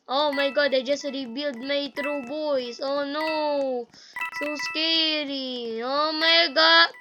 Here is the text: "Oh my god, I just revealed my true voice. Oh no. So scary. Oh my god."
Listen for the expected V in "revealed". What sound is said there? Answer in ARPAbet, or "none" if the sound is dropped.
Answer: B